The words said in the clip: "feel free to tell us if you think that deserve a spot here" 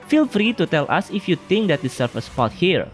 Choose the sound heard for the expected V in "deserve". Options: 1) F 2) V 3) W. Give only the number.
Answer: 1